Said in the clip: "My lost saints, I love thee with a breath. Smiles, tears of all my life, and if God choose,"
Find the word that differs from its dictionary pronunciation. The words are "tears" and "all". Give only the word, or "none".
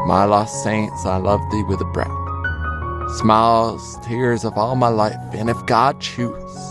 none